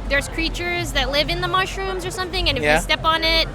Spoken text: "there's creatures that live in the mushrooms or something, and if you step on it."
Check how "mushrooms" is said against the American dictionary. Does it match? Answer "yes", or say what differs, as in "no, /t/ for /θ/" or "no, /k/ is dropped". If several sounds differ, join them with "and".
yes